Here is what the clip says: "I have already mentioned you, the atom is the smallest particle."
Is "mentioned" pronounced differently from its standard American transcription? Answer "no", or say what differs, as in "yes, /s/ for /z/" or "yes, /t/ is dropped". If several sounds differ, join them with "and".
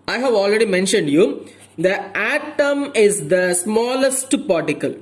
no